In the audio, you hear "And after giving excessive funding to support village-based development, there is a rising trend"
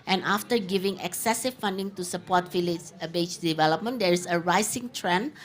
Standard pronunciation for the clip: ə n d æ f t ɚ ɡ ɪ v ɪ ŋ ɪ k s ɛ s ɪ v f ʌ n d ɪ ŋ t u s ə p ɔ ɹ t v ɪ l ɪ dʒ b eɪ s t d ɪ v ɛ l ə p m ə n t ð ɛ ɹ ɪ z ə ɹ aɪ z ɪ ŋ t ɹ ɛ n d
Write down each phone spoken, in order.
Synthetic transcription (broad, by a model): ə n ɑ f t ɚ ɡ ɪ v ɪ ŋ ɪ k s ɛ s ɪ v f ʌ n d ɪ ŋ t u s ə p ɔ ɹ t f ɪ l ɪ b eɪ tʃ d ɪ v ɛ l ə p m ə n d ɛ ɹ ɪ s ə ɹ aɪ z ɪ ŋ t ɹ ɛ n